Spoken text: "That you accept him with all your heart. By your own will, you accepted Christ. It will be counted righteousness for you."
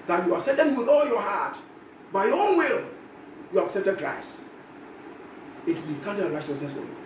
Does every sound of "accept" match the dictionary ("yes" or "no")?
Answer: no